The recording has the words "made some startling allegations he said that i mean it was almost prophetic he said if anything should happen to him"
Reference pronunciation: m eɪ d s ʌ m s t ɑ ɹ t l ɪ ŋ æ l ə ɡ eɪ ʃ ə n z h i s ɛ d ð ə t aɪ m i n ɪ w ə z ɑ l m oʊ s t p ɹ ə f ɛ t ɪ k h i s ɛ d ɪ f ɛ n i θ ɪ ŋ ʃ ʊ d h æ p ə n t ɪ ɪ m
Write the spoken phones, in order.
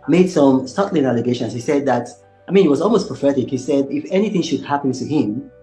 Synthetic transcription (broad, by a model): m eɪ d s ʌ m s t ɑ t l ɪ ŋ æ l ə ɡ eɪ ʃ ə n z h i s ɛ d ð ə t aɪ m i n ɪ w ə z ɑ l m oʊ s p ɹ ə f ɛ t ɪ k h i s ɛ d ɪ f ɛ n i θ ɪ ŋ ʃ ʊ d h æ p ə n t ɪ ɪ m